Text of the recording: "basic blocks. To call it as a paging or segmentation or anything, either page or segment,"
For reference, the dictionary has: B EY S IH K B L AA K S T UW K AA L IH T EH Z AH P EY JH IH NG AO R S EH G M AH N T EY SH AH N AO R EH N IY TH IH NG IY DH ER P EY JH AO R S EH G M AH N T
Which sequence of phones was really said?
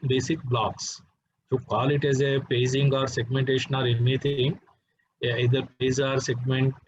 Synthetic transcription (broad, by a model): B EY S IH K B L AA K S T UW K AA L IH T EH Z AH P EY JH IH NG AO R S EH G M AH N T EY SH AH N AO R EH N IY T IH NG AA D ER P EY Z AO R S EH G M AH N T